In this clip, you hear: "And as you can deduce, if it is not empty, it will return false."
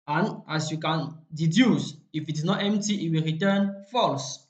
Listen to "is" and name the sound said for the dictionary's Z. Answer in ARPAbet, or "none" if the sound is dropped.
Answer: S